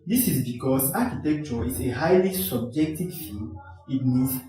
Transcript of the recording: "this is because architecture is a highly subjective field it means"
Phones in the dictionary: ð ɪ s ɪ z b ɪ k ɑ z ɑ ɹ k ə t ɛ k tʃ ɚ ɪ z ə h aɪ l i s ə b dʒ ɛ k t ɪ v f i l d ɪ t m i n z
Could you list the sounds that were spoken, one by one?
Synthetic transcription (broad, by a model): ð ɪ s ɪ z b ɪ k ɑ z ɑ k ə t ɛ k tʃ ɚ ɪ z ə h aɪ l i s ə b dʒ ɛ k t ɪ v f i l ɪ t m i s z